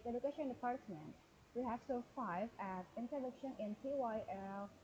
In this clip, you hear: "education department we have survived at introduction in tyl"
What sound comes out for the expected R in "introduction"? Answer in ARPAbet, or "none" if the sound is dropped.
none